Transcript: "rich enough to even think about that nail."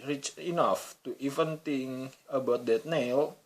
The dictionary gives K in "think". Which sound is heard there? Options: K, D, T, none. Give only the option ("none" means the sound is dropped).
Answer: none